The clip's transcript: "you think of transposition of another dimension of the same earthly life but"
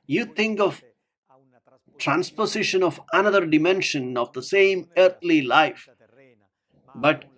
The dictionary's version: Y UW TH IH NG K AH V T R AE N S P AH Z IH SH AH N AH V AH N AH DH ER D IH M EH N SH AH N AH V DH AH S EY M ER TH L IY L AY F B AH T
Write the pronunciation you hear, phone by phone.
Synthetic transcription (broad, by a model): Y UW T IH NG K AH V T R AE N S P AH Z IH SH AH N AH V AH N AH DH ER D IH M EH N SH AH N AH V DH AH S EY M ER T L IY L AY F B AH T